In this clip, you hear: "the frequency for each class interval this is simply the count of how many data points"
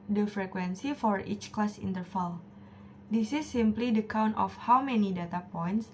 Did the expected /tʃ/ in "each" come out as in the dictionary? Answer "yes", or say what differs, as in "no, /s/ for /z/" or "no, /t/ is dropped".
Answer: yes